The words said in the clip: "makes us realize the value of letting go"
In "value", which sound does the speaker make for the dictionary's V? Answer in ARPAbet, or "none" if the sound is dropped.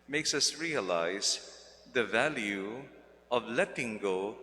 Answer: V